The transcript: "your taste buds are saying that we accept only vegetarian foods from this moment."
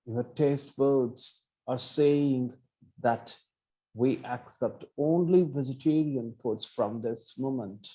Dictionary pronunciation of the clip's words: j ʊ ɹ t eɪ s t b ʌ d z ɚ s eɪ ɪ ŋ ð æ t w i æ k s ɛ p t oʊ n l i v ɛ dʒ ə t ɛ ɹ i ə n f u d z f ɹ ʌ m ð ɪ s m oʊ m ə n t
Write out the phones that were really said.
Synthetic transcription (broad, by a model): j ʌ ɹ t eɪ s t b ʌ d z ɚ s eɪ ɪ ŋ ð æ t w i æ k s ɛ p t oʊ n l i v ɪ z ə t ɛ ɹ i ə n p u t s f ɹ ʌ m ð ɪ s m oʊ m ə n t